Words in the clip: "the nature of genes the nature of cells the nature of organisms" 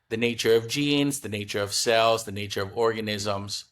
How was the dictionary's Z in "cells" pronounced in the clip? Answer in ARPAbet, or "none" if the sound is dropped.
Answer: Z